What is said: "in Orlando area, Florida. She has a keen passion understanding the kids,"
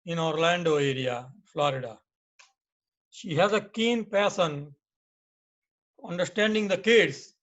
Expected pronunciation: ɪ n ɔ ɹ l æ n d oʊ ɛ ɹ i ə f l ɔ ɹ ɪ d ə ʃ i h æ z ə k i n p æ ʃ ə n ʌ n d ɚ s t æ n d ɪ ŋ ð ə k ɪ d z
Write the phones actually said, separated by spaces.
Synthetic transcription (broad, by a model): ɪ n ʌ ɹ l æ n d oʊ ɛ ɹ i ə f l ɔ ɹ ɪ d ə ʃ i h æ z ə k i n p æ s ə n ʌ n d ɚ s t æ n d ɪ ŋ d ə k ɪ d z